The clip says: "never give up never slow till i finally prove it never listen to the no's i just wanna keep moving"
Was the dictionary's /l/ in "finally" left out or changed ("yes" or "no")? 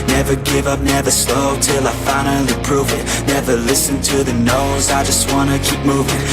yes